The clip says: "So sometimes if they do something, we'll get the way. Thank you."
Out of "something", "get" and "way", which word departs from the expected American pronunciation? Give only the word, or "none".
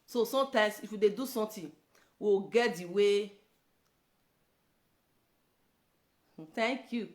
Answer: something